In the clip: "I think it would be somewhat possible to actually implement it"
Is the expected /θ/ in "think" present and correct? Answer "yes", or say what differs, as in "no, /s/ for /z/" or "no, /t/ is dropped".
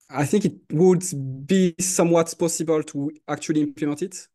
yes